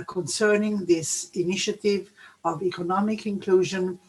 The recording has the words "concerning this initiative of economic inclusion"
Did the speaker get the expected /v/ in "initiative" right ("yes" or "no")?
yes